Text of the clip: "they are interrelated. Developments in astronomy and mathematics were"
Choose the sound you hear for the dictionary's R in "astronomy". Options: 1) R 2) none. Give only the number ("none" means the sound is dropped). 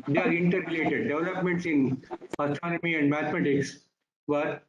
2